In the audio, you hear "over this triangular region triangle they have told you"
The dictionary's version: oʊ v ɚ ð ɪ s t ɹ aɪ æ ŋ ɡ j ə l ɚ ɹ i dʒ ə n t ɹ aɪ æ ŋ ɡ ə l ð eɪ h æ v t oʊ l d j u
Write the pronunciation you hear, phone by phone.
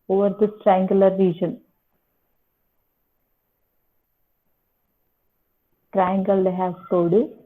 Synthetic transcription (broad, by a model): oʊ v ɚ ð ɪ s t ɹ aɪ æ ŋ ɡ j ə l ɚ ɹ i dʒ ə n t ɹ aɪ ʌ ŋ ɡ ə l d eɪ h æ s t oʊ d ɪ